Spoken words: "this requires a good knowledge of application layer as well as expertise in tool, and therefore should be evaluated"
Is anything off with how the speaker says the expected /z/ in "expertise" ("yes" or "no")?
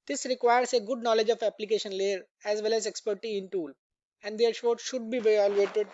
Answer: yes